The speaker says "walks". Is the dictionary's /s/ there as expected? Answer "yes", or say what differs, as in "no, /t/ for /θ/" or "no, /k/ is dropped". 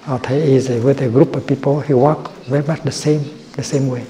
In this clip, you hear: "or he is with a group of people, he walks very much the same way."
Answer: no, /s/ is dropped